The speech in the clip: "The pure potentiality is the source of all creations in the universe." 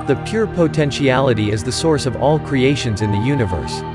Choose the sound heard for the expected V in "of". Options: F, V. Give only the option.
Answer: V